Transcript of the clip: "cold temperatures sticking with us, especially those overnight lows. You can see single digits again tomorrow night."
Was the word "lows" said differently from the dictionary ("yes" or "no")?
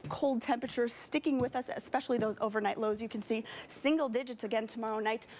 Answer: no